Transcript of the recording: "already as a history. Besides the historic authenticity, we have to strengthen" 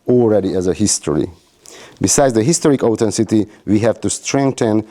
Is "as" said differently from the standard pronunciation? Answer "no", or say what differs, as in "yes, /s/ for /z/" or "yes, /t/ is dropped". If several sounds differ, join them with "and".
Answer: no